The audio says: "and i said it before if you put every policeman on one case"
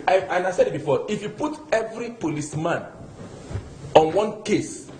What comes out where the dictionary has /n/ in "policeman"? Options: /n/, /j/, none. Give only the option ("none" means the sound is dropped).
/n/